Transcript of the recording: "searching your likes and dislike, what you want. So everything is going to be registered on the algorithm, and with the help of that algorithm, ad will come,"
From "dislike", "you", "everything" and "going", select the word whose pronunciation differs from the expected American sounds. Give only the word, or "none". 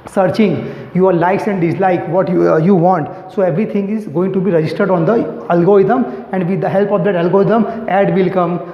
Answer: everything